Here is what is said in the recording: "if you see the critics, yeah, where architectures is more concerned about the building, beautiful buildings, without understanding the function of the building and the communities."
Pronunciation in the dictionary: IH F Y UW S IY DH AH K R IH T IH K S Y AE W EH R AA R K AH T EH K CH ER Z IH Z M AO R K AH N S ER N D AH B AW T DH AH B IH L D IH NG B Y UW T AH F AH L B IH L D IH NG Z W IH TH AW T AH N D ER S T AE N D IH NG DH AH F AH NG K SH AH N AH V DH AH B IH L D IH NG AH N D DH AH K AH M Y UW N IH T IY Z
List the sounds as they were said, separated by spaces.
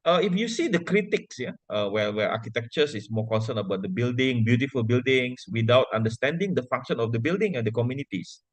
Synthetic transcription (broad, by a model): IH F Y UW S IY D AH K R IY T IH K S Y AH W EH W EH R K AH T EH K CH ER S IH S M AO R K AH N S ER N AH B AW T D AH B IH L D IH NG B Y UW T AH F AH L B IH L D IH NG S W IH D AW T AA N D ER S T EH N D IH NG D AH F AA NG K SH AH N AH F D AH B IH L D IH NG AH N D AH K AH M Y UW N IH T IY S